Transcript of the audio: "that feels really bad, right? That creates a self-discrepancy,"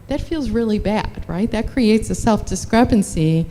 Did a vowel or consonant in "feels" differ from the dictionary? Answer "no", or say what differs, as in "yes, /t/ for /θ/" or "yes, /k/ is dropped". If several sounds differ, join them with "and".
no